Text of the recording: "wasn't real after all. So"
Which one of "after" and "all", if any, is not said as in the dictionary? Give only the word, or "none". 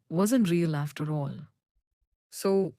none